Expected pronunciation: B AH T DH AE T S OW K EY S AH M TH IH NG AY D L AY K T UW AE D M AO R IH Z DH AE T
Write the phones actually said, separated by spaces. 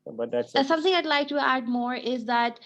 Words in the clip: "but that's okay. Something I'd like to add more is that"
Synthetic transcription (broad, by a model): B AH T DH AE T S S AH M T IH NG AY D L AY K T UW AE D M AO R IH Z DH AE T